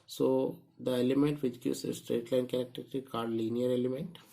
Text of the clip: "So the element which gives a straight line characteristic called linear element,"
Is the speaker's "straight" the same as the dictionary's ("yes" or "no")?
yes